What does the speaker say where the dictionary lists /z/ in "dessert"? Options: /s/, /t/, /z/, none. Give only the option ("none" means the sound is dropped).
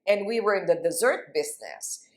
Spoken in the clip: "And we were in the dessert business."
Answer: /z/